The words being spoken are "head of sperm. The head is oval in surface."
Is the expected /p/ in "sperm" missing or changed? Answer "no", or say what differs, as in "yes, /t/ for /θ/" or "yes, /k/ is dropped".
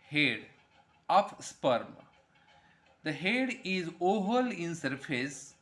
no